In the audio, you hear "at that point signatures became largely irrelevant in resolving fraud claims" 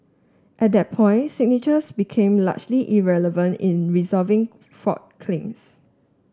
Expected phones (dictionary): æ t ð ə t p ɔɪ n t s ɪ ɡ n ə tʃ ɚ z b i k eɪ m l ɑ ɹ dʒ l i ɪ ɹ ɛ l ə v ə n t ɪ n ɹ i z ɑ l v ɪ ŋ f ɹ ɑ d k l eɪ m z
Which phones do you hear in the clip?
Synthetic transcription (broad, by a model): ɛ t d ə t p ɔɪ n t s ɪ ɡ n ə tʃ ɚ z b i k eɪ m l ɑ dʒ l i ɪ ɹ ɛ l ə v ə n t ɪ n ɹ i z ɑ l v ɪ ŋ f ɑ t k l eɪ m s